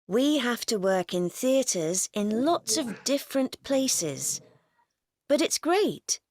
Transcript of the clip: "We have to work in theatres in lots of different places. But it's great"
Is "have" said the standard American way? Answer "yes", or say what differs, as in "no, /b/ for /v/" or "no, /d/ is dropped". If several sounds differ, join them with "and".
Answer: no, /f/ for /v/